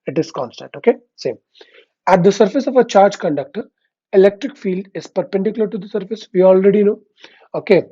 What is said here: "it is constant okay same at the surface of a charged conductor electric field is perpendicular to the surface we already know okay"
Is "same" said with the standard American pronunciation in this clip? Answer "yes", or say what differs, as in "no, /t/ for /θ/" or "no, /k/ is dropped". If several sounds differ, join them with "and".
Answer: yes